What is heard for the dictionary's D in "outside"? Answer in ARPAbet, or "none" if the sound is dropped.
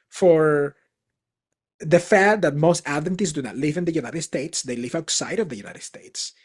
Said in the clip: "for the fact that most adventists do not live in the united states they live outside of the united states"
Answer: D